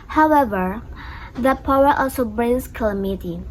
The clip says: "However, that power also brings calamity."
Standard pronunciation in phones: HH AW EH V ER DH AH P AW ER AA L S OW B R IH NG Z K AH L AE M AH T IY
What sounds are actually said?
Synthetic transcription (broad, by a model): HH AW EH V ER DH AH P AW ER AA L S OW B R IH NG S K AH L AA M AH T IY